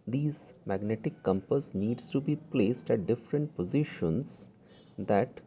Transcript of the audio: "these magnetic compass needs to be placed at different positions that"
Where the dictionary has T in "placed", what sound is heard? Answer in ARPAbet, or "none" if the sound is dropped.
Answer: T